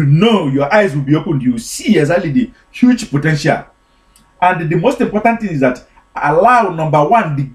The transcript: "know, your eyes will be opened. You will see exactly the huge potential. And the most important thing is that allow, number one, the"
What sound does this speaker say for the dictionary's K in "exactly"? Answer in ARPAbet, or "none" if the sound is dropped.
none